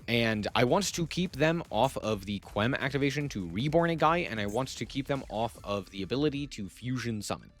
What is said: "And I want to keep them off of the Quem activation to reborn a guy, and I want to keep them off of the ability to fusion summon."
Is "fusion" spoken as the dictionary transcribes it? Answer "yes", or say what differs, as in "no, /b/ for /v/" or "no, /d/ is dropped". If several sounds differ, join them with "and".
yes